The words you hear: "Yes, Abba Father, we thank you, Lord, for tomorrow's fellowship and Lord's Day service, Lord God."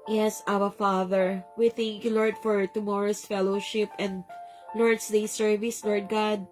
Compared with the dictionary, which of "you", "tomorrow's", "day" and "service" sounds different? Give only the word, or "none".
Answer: tomorrow's